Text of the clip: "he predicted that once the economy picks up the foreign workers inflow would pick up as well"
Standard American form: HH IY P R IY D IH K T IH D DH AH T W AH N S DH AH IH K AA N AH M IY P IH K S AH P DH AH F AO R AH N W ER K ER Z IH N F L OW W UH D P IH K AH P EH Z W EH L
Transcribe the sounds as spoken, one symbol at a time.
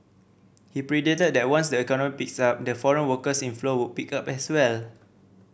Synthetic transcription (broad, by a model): HH IY P R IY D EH T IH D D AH T W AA N S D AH IH K AA N AH M IY P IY K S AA P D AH F AO R AH N W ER K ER S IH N F L OW W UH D P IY K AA P EH S W EH L